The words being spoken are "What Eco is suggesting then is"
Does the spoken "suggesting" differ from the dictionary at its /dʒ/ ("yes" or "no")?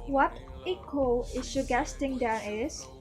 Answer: yes